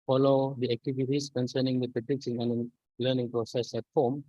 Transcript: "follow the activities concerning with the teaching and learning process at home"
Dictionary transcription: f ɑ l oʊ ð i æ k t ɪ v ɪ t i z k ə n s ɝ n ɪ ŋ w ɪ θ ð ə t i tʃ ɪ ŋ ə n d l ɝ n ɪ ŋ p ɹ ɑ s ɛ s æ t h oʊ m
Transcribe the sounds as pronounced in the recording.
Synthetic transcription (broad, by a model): f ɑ l oʊ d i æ k t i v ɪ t i s k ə n s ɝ n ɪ ŋ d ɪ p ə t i s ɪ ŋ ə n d l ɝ n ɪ ŋ p ɹ ɑ s ɛ s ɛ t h oʊ m